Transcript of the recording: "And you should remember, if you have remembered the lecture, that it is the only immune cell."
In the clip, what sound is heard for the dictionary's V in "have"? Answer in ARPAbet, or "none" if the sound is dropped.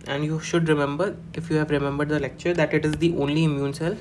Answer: V